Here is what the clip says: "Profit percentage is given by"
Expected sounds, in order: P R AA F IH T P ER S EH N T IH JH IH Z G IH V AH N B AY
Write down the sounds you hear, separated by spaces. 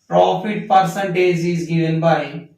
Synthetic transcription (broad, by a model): P R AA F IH T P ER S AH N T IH Z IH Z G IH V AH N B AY